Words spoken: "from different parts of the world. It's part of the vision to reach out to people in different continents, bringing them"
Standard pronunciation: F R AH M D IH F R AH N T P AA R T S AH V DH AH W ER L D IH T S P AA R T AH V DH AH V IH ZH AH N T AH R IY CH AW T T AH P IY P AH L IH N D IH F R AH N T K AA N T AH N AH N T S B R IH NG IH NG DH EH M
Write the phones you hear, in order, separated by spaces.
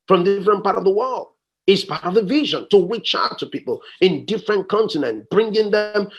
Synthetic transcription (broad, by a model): F R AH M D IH F R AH N P AA R T AH V DH AH W ER L D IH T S P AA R T AH V DH AH V IH ZH AH N T AH W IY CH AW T T AH P IY P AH L IH N D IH F R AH N K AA N T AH N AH N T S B R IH NG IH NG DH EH M